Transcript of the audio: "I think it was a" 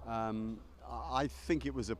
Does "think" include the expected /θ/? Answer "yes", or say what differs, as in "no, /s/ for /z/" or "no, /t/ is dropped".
yes